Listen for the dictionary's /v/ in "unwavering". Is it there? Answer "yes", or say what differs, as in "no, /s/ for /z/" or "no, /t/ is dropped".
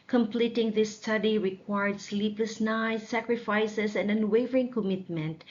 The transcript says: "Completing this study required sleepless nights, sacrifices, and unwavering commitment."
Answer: yes